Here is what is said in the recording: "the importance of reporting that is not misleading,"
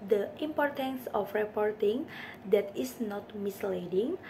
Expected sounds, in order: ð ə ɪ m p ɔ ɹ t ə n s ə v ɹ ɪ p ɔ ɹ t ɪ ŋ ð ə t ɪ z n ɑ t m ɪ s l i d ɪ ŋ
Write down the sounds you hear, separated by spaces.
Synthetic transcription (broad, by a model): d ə ɪ m p ɔ ɹ t ə n s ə f ɹ ɪ p ɔ ɹ t ɪ ŋ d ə t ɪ s n ɑ t m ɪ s l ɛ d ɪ ŋ